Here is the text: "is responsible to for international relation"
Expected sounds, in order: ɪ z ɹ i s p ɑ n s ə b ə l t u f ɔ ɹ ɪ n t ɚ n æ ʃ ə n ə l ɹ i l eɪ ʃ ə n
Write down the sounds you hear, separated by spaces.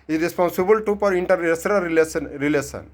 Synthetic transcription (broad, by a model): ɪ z ɹ i s p ɑ n s ə b ə l t u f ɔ ɹ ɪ n t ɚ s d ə l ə n ɹ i l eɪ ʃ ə n